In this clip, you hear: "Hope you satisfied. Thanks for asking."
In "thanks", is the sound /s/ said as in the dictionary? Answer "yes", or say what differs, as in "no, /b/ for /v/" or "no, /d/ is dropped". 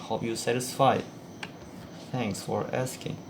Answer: yes